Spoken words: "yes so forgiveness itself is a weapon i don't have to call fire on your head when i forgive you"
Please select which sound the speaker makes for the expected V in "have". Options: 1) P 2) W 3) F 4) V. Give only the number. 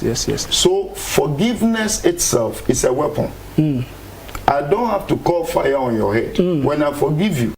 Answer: 3